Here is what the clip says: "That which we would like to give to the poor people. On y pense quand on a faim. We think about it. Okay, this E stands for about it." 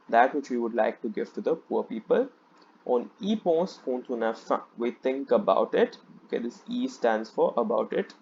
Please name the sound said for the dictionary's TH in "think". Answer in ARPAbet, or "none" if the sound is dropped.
T